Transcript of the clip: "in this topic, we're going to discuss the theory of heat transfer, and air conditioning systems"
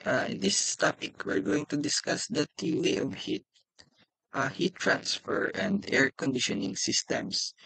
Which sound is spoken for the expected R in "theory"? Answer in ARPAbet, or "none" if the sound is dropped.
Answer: L